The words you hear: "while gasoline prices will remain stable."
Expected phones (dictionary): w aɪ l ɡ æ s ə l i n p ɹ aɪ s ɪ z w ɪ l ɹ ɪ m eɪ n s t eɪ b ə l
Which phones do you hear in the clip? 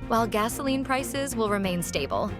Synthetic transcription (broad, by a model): w aɪ l ɡ æ s ə l i n p ɹ aɪ s ɪ z w ɪ l ɹ ɪ m eɪ n s t eɪ b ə l